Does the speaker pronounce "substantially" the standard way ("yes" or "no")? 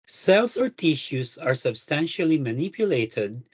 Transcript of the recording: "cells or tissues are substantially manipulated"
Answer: yes